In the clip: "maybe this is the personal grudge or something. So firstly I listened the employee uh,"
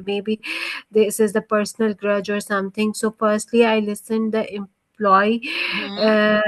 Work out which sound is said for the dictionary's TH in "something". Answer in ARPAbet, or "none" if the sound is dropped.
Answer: T